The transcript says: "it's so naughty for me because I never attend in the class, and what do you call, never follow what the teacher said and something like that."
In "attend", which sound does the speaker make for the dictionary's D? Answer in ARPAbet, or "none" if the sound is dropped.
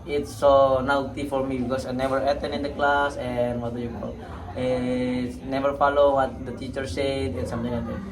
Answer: none